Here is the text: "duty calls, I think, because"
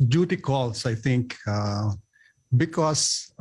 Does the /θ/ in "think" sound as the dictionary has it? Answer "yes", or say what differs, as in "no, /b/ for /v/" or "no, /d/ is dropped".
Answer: no, /t/ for /θ/